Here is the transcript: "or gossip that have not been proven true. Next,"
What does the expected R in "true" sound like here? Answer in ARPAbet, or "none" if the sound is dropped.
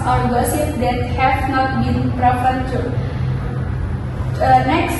none